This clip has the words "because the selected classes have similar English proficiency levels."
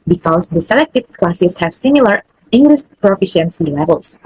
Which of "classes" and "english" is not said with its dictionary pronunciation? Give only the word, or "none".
classes